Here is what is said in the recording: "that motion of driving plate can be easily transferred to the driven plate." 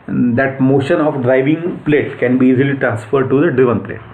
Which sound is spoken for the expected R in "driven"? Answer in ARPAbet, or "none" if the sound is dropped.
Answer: R